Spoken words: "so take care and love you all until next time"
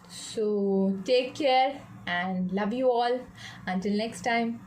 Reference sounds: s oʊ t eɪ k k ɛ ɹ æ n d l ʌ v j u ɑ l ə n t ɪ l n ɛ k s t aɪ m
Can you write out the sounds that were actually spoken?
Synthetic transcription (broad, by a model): s oʊ t eɪ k k ɛ ɹ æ n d l ʌ v j u ɑ l ə n t ɪ l n ɛ k s t aɪ m